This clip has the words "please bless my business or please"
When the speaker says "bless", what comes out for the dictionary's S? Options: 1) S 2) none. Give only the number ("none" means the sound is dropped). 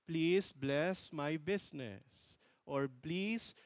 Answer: 1